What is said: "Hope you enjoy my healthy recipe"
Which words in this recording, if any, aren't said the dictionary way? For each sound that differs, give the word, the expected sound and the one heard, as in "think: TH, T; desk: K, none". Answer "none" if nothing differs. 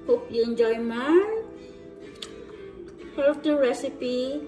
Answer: healthy: TH, T